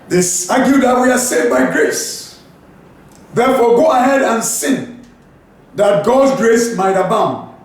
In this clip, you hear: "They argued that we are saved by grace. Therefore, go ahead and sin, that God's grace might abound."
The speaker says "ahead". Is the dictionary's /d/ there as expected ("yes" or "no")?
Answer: yes